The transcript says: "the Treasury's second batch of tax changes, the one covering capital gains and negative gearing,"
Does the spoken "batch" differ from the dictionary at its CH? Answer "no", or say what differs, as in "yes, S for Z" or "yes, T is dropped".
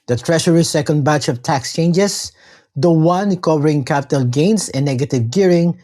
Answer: no